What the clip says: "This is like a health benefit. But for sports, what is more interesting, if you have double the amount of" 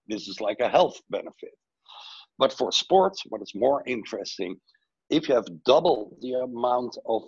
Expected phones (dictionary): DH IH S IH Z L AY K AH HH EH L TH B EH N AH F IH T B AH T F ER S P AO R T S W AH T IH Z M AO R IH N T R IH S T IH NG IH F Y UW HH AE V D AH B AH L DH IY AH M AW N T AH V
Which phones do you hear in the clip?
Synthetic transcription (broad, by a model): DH IH S IH Z L AY K AH HH EH L TH B EH N AH F IH T B AH T F ER S P AO R T S W AH T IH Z M AO R IH N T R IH S T IH NG IH F Y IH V D AH B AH L DH IY AH M AW N T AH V